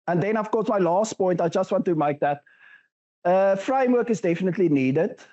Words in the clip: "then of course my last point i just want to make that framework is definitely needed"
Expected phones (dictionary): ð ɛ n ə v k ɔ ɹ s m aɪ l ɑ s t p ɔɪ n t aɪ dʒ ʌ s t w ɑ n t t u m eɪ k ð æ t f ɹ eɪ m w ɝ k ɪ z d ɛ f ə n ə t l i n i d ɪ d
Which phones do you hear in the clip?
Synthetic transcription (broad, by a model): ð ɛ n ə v k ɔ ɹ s m aɪ l ɑ s t p ɔɪ n t aɪ dʒ ʌ s t w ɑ n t t u m eɪ k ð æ t f ɹ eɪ m w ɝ k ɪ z d ɛ f ə n ə t l i n i d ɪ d